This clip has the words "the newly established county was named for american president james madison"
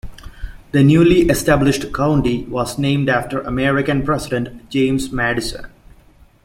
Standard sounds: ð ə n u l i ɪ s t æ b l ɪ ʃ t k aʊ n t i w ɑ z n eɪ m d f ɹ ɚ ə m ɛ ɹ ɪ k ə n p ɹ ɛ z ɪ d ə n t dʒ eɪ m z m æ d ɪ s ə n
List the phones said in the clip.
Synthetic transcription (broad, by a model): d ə n u l i ɪ s t æ b l ɪ ʃ t k aʊ n t i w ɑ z n eɪ m d f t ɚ ə m ɛ ɹ ɪ k ə n p ɹ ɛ s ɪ d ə n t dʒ eɪ m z m æ d ɪ s ə n